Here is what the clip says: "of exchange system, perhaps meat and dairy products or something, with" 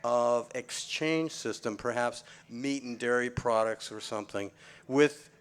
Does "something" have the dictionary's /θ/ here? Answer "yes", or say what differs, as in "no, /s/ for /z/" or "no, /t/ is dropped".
yes